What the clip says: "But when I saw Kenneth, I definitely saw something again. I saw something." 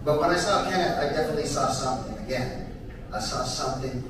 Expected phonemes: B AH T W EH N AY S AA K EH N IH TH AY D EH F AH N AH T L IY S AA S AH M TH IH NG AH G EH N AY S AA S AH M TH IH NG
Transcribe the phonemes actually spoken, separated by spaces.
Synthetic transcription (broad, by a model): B AH T W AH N AY S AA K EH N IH T AY D EH F AH N AH T L IY S AA S AH M TH IH NG AH G EH N AY S AA S AH M TH IH NG